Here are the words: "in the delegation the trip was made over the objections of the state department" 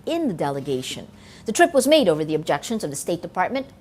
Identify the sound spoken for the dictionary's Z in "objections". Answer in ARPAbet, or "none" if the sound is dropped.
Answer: Z